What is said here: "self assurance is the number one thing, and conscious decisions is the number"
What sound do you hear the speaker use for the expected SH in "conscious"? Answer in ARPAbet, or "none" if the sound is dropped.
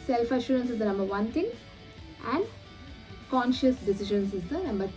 SH